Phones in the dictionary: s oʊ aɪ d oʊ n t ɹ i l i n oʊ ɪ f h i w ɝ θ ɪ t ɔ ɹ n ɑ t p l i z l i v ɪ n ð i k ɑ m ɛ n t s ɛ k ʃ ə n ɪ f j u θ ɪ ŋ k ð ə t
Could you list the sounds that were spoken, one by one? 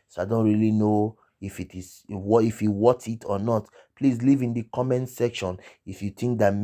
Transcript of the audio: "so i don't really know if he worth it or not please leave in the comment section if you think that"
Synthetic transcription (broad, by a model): s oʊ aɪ d oʊ n t ɹ i l i n oʊ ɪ f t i w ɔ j ɪ t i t n ɑ t p l i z l i v ɪ n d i k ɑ m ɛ n s ɛ k ʃ ə n ɪ f j u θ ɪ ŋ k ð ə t